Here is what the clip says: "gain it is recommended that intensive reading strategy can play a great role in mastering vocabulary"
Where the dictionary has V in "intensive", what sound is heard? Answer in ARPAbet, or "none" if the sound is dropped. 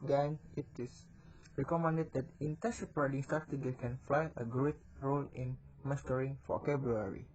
P